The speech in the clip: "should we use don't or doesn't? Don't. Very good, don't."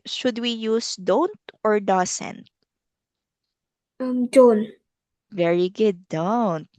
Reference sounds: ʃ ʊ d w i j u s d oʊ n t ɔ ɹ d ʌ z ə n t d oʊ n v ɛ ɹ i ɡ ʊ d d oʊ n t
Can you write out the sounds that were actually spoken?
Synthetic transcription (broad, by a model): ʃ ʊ d w i j u s d oʊ n t ɔ ɹ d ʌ s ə n t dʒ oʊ n v ɛ ɹ i ɡ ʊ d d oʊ n t